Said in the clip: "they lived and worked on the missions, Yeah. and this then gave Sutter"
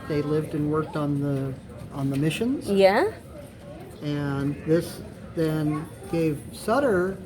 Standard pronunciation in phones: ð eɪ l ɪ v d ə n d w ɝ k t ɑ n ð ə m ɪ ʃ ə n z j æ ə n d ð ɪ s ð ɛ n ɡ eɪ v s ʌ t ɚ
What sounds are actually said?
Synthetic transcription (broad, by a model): ð eɪ l ɪ v d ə n w ɝ k t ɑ n ð ə m ɪ ʃ ə n z j æ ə n ð ɪ s ð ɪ n ɡ eɪ v s ʌ t ɚ